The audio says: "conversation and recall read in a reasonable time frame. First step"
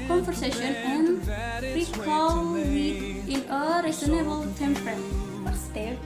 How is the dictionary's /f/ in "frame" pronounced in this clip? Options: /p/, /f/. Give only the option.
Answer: /p/